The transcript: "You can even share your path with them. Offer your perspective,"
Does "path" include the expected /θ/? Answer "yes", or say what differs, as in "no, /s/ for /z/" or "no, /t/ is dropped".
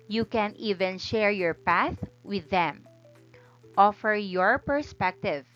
yes